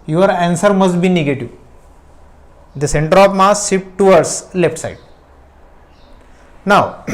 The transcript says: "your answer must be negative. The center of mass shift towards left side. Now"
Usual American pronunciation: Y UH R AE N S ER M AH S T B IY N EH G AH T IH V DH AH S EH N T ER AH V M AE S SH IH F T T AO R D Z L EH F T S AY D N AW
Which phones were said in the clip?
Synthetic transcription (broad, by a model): Y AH R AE N S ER M AH S T B IY N EH G AH T IH V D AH S EH N T ER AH P M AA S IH P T T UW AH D S L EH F T S AY D N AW